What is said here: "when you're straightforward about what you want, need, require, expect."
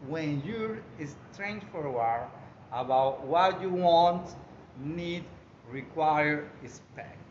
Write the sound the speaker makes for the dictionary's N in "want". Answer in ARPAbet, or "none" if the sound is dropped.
N